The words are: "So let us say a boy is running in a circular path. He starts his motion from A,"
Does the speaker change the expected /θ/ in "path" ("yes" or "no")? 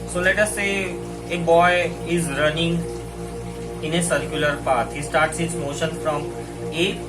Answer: yes